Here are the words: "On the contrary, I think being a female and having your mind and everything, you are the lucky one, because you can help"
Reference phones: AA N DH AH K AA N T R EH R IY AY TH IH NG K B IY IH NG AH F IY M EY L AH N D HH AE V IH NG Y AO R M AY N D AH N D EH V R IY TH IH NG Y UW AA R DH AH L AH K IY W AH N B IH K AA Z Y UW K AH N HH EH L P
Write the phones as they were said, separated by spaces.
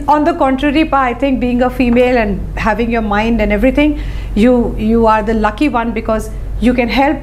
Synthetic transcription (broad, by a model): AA N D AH K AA N T R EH R IY AY T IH NG K B IY IH NG AH F IY M EY L AH N D HH AE V IH NG Y AO R M AY N D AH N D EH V R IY T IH NG Y UW AA R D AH L AH K IY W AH N B IH K AA Z Y UW K AH N HH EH L P